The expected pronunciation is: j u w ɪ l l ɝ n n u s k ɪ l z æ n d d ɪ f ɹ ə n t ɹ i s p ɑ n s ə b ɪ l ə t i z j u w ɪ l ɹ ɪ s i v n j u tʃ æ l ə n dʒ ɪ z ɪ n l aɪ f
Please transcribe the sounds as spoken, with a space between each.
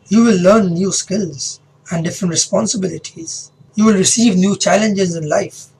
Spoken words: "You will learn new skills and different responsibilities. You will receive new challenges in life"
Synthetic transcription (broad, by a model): j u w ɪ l l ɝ n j u s k ɪ l z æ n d d ɪ f ɹ ə n t ɹ i s p ɑ n s ə b ɪ l ə t i z j u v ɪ l ɹ ɪ s i v n j u tʃ æ l ə n dʒ ɪ z ɪ n l aɪ f